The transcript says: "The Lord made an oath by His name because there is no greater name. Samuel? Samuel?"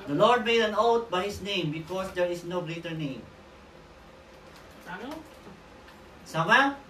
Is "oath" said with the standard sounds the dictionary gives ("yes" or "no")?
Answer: no